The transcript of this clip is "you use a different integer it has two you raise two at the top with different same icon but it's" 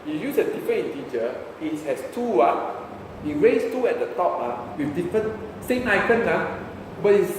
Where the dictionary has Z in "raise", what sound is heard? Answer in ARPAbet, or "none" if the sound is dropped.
S